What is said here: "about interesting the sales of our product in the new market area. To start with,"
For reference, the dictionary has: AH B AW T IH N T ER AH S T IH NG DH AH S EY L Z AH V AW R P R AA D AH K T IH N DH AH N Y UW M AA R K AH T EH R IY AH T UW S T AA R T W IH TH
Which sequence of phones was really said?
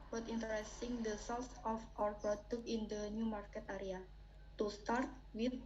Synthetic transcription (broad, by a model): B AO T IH N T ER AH S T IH NG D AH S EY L S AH F AW R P R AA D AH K IH N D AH N Y UW M AA R K AH T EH R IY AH T UW S T AA R T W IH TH